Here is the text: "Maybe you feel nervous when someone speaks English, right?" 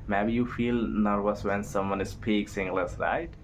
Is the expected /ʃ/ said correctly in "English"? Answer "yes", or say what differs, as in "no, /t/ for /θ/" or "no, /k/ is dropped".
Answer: no, /s/ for /ʃ/